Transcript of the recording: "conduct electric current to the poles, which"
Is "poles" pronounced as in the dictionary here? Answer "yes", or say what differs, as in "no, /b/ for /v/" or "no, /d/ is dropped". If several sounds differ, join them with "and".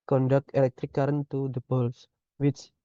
no, /b/ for /p/ and /s/ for /z/